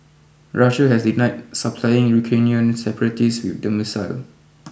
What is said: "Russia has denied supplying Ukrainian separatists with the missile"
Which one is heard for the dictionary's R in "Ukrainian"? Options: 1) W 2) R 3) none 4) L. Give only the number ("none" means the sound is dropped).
3